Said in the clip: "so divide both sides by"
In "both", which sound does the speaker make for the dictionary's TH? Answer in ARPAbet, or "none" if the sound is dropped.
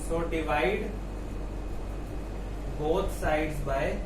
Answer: T